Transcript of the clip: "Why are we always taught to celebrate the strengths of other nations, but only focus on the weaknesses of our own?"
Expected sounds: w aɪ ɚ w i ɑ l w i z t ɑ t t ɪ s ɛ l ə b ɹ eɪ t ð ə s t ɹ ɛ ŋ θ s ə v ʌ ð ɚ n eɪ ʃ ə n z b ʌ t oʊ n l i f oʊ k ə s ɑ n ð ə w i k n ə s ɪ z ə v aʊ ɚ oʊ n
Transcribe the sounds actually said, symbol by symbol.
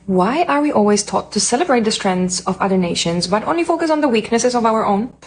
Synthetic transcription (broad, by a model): w aɪ ɚ w i ɑ l w i z t ɑ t t ɪ s ɛ l ə b ɹ eɪ t ð ə s t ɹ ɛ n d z ə v ʌ ð ɚ n eɪ ʃ ə n z b ʌ t oʊ n l i f oʊ k ə s n ð ə w i k n ə s ɪ z ə v aʊ ɚ oʊ n